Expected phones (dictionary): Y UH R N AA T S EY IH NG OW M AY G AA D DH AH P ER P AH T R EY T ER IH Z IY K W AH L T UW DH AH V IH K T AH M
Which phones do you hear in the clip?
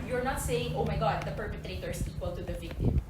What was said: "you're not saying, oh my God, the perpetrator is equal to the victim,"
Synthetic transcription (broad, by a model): Y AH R N AA T S EY IH NG OW M AY G AA D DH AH P ER P AH T R EY T ER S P IY K W AH L T UW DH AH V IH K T